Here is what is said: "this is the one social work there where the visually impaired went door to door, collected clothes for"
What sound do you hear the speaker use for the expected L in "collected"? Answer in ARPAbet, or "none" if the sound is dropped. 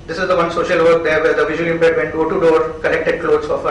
N